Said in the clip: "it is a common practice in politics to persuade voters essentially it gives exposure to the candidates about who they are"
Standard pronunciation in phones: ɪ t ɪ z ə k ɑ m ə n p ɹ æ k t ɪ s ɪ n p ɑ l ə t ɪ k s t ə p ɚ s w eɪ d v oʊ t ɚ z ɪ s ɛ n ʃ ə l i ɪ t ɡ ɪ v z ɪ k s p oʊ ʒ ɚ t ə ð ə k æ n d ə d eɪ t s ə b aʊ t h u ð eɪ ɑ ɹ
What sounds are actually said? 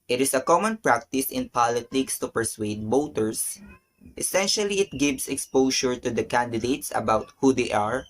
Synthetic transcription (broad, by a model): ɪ t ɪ s ə k ɑ m ə n p ɹ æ k t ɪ s ɪ n p ɑ l ə t ɪ k s t ə p ɚ s w eɪ d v oʊ t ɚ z ɪ s ɛ n ʃ ə l i ɪ t ɡ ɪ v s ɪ k s p oʊ ʃ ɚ t ə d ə k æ n d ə d eɪ t s ə b aʊ t h u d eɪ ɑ ɹ